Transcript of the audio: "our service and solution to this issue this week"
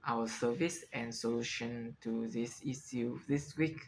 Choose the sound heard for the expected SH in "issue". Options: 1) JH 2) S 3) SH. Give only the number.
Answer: 2